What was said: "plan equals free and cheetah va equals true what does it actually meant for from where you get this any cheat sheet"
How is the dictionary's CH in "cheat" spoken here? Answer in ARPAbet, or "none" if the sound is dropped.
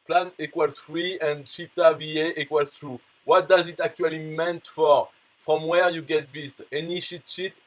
SH